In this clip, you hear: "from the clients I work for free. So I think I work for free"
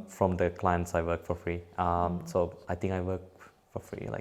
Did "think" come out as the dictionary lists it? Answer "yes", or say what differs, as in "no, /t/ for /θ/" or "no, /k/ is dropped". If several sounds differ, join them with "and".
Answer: no, /t/ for /θ/